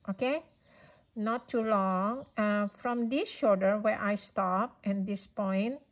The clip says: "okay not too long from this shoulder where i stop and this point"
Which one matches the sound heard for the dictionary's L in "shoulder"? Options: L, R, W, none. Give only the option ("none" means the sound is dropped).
none